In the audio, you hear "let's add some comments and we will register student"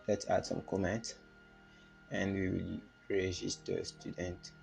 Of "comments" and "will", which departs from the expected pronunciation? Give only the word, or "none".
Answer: comments